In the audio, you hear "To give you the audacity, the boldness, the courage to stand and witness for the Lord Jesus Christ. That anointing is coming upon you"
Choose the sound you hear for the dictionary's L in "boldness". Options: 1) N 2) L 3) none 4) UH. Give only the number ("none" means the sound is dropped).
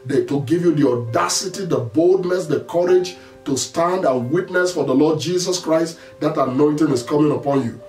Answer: 2